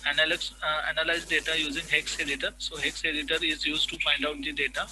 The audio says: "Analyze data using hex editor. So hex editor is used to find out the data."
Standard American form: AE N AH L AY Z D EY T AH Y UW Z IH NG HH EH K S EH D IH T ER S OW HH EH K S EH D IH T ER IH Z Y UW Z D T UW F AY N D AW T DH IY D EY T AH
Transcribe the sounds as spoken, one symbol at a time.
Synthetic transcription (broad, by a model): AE N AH L AY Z D EY T AH Y UW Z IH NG HH EH K S EH D IH T ER S OW HH EH K S EH D IH T ER IH Z Y UW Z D T UW P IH N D AW T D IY D EY T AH